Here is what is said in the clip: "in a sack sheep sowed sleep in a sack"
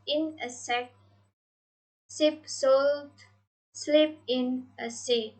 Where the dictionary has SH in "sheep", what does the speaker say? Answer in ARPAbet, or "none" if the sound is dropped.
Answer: S